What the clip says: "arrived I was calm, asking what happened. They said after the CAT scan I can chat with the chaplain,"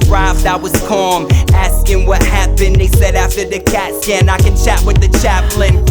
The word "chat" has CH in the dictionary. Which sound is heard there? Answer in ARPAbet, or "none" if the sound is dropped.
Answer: CH